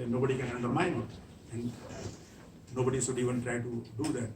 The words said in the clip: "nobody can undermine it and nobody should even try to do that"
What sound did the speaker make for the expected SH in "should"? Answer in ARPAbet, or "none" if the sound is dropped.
S